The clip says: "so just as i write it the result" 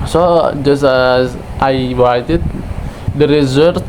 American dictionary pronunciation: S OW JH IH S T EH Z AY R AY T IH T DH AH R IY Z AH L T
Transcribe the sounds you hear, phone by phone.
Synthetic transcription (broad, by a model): S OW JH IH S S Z AY W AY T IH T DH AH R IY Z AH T